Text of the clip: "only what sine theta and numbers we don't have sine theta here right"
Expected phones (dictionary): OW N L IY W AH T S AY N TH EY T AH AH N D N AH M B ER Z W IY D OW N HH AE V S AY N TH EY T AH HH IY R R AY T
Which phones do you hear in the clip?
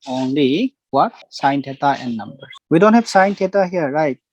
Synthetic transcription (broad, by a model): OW N L IY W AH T S AY N T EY T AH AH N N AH M B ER W IY D OW N HH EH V S AY N T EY T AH HH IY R R AY T